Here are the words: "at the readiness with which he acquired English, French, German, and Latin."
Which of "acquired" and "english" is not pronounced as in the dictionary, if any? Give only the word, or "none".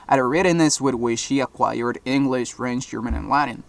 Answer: none